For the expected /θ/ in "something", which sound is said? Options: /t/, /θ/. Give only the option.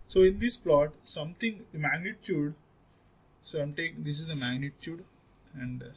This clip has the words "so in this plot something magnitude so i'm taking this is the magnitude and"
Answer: /t/